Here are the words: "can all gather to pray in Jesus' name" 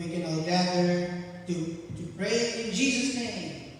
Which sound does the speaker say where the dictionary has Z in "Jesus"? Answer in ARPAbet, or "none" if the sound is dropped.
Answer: Z